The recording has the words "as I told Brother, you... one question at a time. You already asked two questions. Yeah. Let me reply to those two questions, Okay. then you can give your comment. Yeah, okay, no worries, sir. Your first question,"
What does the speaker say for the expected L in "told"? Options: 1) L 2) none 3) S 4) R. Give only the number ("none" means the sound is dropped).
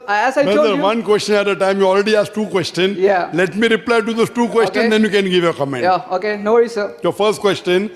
2